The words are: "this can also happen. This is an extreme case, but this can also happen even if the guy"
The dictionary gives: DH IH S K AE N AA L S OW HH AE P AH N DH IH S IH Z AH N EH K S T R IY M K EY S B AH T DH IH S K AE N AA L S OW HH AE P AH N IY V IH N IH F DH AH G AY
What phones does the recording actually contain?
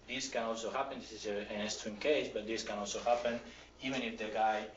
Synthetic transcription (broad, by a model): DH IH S K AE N AA L S OW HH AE P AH N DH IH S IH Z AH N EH S T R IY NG K EY S B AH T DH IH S K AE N AA L S OW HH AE P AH N IY V IH N IH F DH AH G AY